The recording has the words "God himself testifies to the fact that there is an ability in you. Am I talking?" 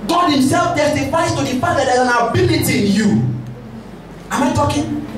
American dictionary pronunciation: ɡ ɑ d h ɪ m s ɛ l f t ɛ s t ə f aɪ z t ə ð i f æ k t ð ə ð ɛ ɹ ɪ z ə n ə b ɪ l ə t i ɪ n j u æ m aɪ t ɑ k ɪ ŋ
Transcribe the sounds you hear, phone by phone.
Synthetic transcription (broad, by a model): ɡ ɑ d h ɪ m s ɛ l f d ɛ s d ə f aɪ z t ə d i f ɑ t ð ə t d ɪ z ə n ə b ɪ l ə t i ɪ n j u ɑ m aɪ t ɑ k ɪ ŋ